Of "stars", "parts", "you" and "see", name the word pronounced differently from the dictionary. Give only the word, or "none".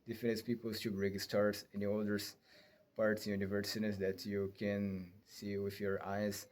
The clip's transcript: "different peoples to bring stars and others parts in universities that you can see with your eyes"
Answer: stars